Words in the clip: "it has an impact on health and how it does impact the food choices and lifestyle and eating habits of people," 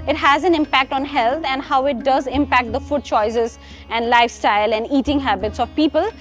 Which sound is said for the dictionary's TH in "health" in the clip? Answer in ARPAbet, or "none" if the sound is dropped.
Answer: T